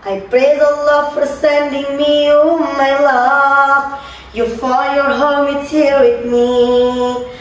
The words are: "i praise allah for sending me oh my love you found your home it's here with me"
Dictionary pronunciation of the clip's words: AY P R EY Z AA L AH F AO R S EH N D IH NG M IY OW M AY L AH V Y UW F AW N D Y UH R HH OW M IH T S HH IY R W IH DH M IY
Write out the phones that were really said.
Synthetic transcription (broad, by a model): AY P R EY Z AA L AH F AO R S EH N D IH NG M IY OW M AY L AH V Y UW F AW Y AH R HH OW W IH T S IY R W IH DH M IY